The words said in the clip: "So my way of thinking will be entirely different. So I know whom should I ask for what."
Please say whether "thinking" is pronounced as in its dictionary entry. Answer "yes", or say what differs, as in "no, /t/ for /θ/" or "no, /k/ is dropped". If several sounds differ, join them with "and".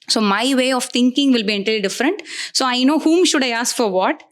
no, /t/ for /θ/